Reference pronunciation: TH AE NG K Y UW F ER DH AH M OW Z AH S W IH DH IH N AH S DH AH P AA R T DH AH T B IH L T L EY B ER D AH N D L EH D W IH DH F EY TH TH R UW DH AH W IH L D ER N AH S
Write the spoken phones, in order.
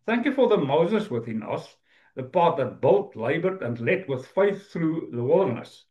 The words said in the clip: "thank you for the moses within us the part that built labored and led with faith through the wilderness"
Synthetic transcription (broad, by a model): TH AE NG K Y UW F ER DH AH M OW Z AH S W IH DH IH N AH S DH AH P AA R T DH AH T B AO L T L EY B ER D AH N L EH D W IH DH F EY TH TH R UW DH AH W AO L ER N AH S